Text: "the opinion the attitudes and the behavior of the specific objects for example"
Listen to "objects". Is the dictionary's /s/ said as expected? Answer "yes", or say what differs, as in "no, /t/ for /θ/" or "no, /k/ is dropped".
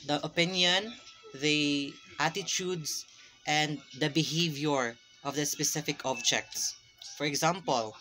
yes